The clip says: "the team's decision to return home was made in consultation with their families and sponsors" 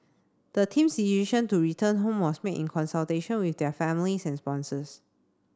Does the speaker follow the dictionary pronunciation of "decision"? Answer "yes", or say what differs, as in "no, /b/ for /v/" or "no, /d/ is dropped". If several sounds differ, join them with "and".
no, /s/ is dropped and /ʃ/ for /ʒ/